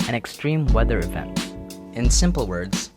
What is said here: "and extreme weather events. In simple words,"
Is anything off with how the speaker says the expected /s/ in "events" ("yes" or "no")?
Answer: yes